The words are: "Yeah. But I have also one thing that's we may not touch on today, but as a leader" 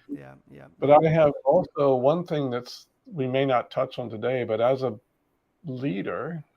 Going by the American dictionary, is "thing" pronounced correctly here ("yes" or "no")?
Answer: yes